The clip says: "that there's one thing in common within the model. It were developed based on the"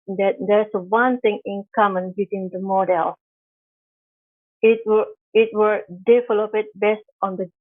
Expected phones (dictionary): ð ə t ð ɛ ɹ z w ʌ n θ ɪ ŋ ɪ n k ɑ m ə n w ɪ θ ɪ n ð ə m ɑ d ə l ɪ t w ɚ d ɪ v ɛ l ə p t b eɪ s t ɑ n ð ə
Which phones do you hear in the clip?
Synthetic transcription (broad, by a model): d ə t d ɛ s w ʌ n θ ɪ ŋ ɪ n k ɑ m ə n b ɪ t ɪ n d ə m ɑ d ə l ɪ t w ɚ d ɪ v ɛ l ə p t b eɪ s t ɑ n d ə